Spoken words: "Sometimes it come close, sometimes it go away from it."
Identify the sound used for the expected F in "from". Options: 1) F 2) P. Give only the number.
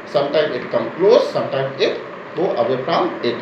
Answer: 2